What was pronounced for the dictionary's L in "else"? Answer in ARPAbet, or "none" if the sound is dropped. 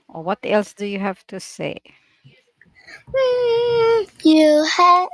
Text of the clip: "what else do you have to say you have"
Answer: L